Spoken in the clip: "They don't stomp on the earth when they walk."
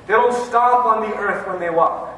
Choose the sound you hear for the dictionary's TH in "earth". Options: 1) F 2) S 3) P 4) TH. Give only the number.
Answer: 4